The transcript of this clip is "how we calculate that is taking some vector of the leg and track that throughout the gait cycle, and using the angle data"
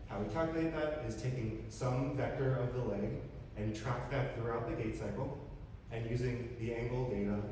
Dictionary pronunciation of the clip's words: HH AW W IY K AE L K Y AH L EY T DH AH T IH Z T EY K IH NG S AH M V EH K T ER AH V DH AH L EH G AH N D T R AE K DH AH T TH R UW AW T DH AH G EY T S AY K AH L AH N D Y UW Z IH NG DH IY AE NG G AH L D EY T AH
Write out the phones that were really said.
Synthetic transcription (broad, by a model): HH AW W IY K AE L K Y L EY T DH AH T IH Z T EY K IH NG S AH M V EH K T ER AH V DH AH L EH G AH N T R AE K DH AH T TH R UW AW T DH AH G EY T S AY K L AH N Y UW Z IH NG DH IY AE NG G L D EY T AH